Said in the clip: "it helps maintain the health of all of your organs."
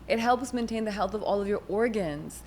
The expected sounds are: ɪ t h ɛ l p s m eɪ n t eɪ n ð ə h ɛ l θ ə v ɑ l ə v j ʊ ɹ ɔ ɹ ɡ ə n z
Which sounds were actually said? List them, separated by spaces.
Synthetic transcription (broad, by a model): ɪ t h ɛ l p s m eɪ n t eɪ n ð ə h ɛ l θ ə v ɑ l ə v j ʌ ɹ ɔ ɹ ɡ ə n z